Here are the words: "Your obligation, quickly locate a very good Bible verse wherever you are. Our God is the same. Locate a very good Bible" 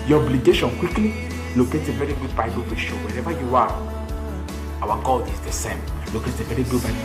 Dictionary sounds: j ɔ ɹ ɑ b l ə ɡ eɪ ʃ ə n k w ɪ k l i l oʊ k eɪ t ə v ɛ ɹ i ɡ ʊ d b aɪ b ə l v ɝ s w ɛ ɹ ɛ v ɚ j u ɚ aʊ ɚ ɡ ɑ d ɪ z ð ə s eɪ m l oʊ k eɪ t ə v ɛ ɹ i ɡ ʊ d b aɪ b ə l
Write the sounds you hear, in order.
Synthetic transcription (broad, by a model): j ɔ ɑ b l ə ɡ eɪ ʃ ə n k w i k l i l oʊ k eɪ t ə v ɛ ɹ i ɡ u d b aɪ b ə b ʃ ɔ w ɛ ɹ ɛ v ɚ j u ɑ aʊ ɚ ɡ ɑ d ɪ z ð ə s eɪ m l oʊ k eɪ t ə v ɛ ɹ i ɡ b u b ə